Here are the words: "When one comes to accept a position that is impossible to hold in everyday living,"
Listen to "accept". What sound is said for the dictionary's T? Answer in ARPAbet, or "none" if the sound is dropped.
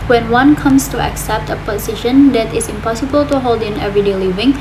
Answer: T